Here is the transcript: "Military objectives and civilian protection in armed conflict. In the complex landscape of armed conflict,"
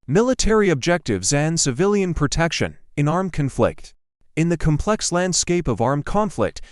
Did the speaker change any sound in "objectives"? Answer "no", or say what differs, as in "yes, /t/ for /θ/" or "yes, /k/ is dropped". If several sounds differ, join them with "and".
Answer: no